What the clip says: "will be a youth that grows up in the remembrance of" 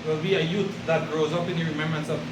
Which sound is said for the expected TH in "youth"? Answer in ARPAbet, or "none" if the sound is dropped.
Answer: T